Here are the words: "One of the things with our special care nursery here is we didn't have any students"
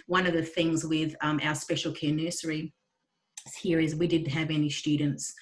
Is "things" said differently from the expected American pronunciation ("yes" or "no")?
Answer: no